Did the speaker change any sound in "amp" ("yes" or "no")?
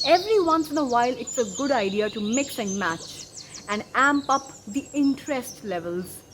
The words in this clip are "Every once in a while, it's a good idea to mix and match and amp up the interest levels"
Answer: no